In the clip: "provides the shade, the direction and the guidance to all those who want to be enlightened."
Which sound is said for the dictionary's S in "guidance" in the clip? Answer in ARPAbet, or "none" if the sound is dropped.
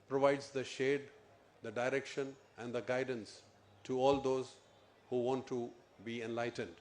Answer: S